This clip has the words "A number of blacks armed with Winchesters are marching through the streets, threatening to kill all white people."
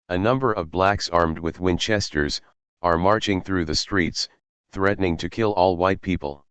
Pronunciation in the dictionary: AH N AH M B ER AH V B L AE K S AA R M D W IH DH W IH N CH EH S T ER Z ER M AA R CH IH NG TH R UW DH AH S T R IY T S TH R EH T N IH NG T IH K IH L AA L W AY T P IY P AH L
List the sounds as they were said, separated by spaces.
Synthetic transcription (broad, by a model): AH N AH M B ER AH V B L AE K S AA R M D W IH DH W IH N CH EH S T ER Z ER M AA R CH IH NG TH R UW DH AH S T R IY T S TH R EH T N IH NG T IH K IH L AA L W AY T P IY P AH L